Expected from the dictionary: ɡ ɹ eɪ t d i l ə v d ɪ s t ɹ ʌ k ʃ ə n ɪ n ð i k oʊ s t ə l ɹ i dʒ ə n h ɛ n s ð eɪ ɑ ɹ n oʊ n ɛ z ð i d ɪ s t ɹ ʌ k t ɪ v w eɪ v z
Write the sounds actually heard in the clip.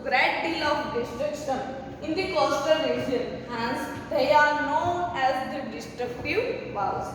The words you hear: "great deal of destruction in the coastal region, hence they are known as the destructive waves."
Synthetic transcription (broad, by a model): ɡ ɹ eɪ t d i l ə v d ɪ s t ɹ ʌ k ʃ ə n ɪ n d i k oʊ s t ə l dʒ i ə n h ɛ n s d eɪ ɑ ɹ n oʊ n ɛ z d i d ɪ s t ɹ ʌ k t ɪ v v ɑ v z